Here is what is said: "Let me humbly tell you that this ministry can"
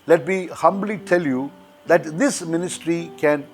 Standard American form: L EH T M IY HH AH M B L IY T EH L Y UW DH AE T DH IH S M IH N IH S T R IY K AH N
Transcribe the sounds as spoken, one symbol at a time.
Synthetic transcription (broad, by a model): L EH T M IY HH AH M B L IY T EH L Y UW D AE T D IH S M IH N IH S T R IY K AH N